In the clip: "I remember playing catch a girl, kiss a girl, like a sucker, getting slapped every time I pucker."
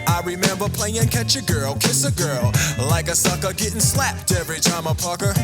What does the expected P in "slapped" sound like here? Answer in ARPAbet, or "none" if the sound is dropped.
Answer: P